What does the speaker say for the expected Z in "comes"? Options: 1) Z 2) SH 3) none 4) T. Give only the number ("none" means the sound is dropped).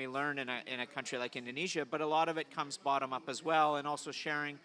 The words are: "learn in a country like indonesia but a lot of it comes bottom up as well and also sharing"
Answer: 1